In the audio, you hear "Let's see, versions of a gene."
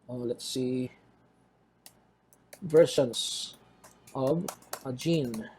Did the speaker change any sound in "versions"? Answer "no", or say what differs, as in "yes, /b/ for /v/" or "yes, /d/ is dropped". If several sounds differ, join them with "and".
yes, /ʃ/ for /ʒ/ and /s/ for /z/